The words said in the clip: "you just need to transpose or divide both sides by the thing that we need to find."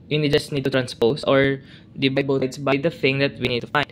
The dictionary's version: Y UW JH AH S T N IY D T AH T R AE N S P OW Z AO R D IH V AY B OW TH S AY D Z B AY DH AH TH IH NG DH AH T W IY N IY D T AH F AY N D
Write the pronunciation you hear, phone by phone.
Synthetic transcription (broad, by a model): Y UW JH AH S T N IY D T AH T R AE N S P OW S AO R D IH B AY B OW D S B AY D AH TH IH NG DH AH T W IY N IY D T AH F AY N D